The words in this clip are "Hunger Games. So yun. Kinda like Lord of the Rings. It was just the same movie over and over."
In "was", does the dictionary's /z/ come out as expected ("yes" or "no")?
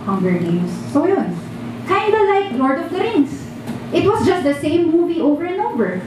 no